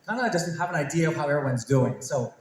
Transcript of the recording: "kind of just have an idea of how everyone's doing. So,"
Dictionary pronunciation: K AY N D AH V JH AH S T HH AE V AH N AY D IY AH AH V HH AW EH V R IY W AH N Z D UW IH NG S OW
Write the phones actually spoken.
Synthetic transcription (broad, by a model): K AY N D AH JH AH S T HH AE V AH N AY D IY AH AH V HH AW EH V R IY W AH N Z D UW IH NG S OW